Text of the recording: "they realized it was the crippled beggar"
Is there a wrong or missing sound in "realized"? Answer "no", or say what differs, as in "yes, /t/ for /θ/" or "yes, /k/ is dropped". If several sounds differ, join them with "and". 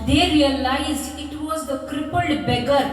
yes, /d/ is dropped